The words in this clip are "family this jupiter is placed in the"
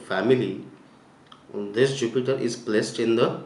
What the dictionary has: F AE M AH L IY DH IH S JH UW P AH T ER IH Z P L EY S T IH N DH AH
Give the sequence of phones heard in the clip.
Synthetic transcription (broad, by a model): F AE M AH L IY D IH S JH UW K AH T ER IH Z P L EY S T IH N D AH